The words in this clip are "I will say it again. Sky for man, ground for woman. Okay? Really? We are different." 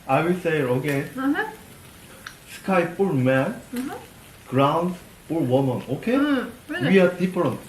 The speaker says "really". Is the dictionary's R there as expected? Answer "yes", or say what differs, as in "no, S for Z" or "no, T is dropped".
no, W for R